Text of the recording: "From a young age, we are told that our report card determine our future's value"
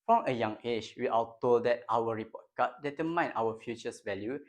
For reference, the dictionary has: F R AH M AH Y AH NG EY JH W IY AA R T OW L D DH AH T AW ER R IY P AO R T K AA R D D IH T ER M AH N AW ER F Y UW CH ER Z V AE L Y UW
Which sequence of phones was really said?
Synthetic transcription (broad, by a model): F R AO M AH Y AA NG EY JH W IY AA L T OW L D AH T AW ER R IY P AO T K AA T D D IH T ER M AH N AW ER F Y UW CH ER S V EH L Y UW